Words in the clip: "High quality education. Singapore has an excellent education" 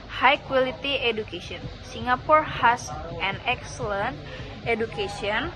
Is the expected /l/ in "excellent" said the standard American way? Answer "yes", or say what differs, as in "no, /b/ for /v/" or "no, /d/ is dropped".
yes